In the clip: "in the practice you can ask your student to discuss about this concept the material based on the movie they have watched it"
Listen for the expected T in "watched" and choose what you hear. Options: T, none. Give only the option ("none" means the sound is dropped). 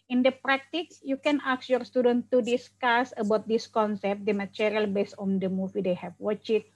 none